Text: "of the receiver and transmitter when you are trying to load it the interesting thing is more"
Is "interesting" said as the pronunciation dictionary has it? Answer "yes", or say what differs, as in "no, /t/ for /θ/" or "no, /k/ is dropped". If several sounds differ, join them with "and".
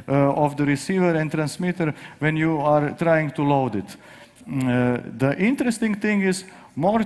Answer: yes